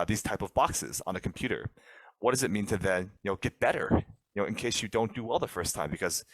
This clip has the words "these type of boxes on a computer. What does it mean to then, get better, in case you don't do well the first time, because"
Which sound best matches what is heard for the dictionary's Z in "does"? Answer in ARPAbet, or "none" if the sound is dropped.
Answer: Z